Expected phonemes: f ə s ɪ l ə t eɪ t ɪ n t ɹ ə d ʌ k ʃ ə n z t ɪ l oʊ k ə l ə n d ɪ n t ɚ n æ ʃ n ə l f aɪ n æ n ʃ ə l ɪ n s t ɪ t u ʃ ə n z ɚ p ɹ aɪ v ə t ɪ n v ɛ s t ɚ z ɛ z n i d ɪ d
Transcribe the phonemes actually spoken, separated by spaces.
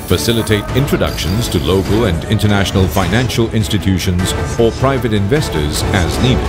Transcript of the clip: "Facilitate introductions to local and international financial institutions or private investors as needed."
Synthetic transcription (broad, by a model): f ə s ɪ l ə t eɪ t ɪ n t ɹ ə d ʌ k ʃ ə n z t ɪ l oʊ k ə l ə n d ɪ n t ɚ n æ ʃ n ə l f aɪ n æ n ʃ ə l ɪ n s t ɪ t u ʃ ə n z ɚ p ɹ aɪ v ə t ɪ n v ɛ s t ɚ z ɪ z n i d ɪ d